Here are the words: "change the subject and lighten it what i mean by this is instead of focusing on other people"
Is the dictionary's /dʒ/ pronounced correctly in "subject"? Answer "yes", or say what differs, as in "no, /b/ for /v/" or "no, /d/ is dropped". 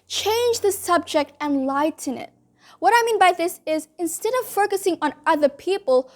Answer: yes